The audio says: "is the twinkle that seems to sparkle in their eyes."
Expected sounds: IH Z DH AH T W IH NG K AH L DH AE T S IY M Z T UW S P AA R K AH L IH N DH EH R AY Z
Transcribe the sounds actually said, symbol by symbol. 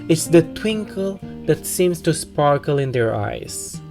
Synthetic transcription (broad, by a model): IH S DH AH T W IH NG K AH L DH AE T S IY M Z T UW S P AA R K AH L IH N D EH R AY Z